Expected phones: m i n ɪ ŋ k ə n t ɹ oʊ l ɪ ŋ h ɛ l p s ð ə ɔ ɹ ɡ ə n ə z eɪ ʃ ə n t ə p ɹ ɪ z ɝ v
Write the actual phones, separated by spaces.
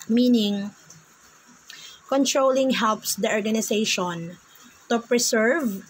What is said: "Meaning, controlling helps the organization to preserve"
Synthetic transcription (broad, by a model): m i n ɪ ŋ k ə n t ɹ oʊ l ɪ ŋ h ɛ l p s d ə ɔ ɹ ɡ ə n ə s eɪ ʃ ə n t ə p ɹ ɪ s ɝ v